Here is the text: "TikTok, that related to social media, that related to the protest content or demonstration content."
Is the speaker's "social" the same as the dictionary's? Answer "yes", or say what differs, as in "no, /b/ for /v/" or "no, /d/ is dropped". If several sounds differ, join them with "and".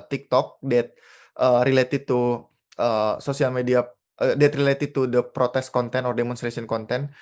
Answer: no, /s/ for /ʃ/